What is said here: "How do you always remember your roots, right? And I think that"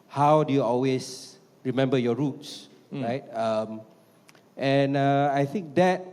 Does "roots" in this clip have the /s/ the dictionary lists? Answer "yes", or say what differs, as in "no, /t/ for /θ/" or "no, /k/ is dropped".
yes